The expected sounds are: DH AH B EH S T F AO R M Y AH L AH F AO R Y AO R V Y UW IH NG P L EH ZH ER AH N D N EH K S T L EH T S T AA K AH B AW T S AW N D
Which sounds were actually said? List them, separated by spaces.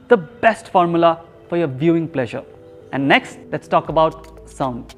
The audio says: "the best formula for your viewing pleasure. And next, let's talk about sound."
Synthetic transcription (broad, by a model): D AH B EH S T F AO R M Y AH L AH F AO R Y AO R V Y UW IH NG P L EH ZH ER AH N D N EH K S T L EH T S T AA K AH B AW T S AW N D